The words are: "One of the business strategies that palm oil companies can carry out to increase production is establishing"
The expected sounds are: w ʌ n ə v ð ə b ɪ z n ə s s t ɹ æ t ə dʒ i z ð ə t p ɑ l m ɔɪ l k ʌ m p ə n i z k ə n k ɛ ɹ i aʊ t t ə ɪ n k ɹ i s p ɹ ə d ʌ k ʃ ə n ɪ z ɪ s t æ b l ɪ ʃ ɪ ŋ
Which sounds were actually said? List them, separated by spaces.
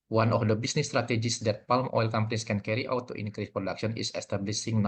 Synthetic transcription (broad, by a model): w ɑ n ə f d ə b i s n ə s s t ɹ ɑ t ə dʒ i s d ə t p ɑ l m ɔɪ l k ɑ m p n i s k ə n k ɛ ɹ i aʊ t t ə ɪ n k ɹ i s p ɹ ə d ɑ k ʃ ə n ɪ s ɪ s t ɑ b l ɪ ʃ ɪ ŋ